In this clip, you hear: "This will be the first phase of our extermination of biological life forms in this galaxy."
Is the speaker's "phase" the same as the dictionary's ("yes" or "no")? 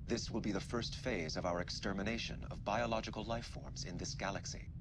yes